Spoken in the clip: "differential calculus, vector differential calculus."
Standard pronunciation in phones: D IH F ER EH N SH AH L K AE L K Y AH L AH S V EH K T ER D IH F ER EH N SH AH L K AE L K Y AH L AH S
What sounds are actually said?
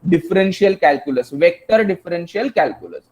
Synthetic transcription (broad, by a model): D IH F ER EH N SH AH L K AE L K Y AH L AH S V EH K T ER D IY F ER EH N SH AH L K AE L K Y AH L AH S